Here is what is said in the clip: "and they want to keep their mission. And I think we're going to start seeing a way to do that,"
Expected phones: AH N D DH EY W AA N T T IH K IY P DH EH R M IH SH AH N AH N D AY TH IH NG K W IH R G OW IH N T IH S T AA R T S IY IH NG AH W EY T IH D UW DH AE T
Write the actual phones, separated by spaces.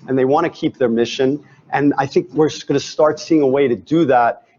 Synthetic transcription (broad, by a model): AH N DH EY W AA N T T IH K IY P DH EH R M IH SH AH N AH N AY TH IH NG K W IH R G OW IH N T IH S T AA R T S IY IH NG AH W EY T IH D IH DH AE T